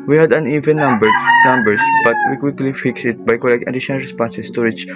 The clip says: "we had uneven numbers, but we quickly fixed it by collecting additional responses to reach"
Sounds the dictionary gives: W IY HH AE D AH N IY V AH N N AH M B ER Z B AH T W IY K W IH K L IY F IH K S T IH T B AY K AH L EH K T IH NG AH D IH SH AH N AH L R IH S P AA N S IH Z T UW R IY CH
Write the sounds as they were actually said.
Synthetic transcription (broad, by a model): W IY HH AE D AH N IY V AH N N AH M B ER S B AH T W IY K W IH K L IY F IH K S IH T B AY K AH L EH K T AH D IH SH AH N AH L R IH S P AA N S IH S T UW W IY CH